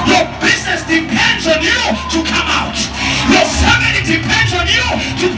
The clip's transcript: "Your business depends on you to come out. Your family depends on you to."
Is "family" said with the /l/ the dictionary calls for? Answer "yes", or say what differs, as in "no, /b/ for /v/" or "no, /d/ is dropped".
no, /n/ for /l/